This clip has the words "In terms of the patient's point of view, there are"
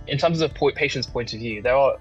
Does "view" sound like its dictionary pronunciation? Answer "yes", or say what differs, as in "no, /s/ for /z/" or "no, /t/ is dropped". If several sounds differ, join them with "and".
yes